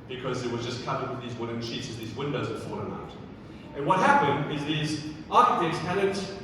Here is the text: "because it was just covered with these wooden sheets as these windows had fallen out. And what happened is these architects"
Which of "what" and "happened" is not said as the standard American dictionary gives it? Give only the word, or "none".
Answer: none